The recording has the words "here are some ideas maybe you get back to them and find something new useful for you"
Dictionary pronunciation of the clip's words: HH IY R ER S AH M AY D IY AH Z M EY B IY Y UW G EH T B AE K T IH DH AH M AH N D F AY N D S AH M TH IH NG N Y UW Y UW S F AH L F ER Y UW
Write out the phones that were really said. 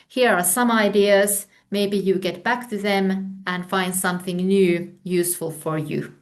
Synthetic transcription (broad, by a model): HH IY R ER S AH M AY D IY AH Z M EY B IY Y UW G EH T B AE K T IH DH AH M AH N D F AY N D S AH M TH IH NG N Y UW Y UW S F AH L F ER Y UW